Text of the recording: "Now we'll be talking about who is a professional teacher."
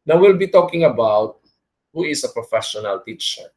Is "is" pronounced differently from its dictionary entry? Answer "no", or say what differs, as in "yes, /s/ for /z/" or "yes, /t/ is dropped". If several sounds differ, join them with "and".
yes, /s/ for /z/